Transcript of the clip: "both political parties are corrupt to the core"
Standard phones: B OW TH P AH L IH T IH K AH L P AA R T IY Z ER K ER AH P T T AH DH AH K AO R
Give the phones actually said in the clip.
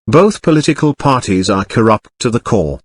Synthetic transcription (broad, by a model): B OW TH P AH L IH T IH K AH L P AA R T IY Z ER K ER AH P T T AH DH AH K AO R